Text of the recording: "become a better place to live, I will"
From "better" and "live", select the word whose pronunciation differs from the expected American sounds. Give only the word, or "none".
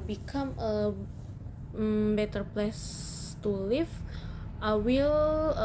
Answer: live